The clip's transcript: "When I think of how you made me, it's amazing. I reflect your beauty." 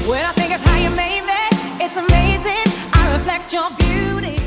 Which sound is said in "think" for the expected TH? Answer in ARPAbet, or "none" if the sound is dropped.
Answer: TH